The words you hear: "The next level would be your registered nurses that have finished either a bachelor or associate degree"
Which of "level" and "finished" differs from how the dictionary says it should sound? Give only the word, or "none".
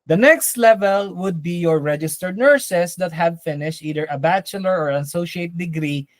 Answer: none